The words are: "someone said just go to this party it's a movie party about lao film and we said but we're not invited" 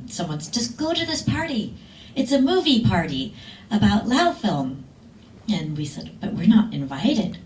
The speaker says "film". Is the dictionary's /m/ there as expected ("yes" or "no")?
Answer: yes